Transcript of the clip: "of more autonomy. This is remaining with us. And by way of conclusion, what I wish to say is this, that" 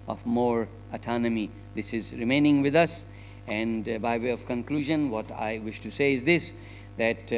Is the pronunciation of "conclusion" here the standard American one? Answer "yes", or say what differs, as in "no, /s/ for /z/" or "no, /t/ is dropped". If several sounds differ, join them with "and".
yes